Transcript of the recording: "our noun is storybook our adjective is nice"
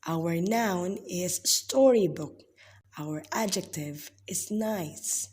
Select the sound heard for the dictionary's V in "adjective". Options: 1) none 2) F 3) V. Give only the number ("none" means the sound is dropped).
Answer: 3